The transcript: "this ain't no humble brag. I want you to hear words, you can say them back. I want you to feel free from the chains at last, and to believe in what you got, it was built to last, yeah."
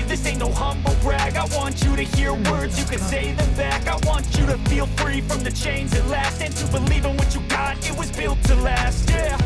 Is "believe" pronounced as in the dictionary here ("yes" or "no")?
yes